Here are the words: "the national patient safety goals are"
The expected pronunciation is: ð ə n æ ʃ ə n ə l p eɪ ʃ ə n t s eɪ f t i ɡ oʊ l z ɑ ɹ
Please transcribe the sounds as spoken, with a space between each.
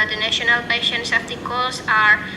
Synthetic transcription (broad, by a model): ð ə n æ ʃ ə n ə l p eɪ ʃ ə n t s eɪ p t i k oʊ l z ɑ ɹ